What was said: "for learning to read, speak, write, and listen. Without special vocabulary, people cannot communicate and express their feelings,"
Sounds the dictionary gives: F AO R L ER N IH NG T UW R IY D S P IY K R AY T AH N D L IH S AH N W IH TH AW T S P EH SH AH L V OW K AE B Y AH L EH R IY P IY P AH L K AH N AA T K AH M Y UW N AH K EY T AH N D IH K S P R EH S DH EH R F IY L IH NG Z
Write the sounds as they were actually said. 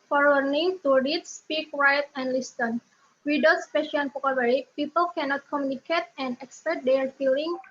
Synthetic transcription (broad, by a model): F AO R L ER N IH NG T UW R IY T S P IY K R AY T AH N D L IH S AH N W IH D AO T S P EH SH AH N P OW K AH W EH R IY P IY P AH L K AH N AA T K AH M Y UW N AH K EY T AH N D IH K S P EH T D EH R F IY L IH NG